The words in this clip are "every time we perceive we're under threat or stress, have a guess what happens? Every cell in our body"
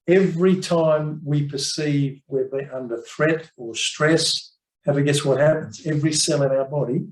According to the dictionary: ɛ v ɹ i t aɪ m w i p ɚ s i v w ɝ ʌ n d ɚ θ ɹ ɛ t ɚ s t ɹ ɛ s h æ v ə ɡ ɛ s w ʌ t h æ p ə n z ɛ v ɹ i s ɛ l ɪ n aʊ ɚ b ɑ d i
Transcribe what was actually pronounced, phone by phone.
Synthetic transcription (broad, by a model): ɛ v ɹ i t aɪ m w i p ɚ s i v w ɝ ʌ n d ɚ θ ɹ ɛ t ɚ s t ɹ ɛ s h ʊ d ə ɡ ɛ s w ʌ t h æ p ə n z ɛ v ɹ i s ɛ l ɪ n aʊ ɚ b ɑ d i